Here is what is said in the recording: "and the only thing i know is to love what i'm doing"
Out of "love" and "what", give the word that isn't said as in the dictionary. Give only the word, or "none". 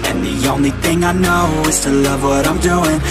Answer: none